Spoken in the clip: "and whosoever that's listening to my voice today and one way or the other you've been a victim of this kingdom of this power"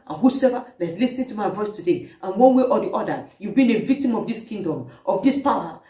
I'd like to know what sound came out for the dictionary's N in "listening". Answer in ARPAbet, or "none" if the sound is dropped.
none